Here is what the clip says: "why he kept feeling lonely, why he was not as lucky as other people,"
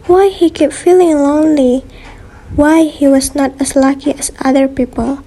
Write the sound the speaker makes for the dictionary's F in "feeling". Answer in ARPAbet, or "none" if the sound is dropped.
F